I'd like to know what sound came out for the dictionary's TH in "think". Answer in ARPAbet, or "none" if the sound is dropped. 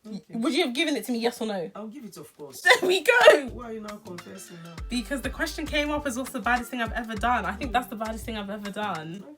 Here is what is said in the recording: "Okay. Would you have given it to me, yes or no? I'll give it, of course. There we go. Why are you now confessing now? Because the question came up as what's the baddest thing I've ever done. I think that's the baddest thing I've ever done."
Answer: TH